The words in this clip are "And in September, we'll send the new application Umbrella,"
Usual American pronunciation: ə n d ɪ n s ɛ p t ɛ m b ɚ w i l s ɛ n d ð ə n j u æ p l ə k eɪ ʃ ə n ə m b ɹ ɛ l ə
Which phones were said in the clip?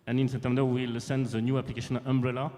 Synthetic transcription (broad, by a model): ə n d ɪ n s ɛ t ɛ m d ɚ w i l s ɛ n d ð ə n j u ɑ p l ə k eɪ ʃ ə n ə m b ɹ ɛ l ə